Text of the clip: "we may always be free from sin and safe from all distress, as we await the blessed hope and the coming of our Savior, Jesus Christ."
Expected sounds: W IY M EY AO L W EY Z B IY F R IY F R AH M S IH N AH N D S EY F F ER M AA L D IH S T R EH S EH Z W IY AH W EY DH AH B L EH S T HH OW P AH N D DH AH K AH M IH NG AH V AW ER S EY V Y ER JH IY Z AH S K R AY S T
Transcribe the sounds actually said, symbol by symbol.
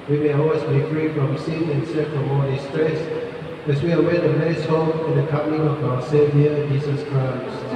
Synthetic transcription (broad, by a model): W IY M EY AO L W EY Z B IY F R IY F R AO M S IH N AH N S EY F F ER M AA D IH S T R EH S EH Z W IY AH W EY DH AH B EH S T HH OW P AH N D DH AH K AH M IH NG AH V AW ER S EY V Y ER JH IY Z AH S K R AY S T